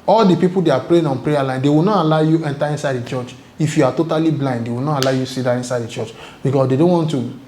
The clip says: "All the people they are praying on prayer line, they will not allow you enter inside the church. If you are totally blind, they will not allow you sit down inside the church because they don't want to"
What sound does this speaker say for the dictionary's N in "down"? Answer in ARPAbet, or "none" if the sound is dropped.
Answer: none